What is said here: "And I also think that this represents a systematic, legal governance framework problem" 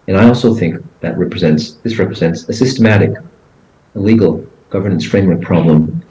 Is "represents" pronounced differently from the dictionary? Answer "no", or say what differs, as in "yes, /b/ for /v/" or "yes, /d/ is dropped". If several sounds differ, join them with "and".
no